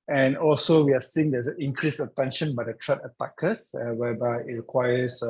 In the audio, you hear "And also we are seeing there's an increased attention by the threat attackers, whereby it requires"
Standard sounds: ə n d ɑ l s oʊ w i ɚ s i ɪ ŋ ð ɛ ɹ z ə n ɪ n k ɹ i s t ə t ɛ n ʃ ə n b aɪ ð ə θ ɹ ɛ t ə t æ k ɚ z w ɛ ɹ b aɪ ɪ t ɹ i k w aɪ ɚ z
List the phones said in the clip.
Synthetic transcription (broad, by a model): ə n ɑ l s oʊ w i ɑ s i ɪ ŋ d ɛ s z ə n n k ɹ i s ə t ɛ n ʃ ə n b aɪ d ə t ɹ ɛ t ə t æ k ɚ s w ɛ b aɪ ɪ t ɹ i k w aɪ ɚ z